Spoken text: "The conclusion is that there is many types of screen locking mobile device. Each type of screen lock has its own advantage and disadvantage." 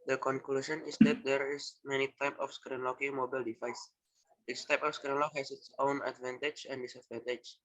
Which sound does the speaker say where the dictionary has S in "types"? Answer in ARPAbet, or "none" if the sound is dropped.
none